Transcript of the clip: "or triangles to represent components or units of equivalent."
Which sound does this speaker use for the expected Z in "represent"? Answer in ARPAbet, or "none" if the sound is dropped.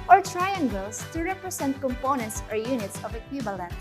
S